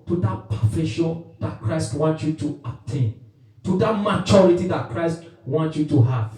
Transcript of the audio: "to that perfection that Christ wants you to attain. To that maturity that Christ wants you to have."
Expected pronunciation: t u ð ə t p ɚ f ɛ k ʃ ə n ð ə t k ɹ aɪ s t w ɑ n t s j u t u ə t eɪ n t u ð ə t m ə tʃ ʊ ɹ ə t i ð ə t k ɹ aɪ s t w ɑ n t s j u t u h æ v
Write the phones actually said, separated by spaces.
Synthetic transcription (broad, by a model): t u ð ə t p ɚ f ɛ ʃ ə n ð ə t k ɹ aɪ s t w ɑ n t j u t u ə t eɪ n t u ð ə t m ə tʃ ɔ ɹ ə t i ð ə t k ɹ aɪ s t w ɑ n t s j u t u h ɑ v